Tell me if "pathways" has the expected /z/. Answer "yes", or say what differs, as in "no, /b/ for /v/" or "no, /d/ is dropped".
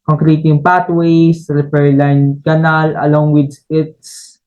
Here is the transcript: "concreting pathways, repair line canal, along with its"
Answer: no, /s/ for /z/